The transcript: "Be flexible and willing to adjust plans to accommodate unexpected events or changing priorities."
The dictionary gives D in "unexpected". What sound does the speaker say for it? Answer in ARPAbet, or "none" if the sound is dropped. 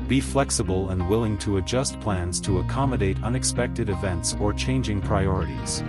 D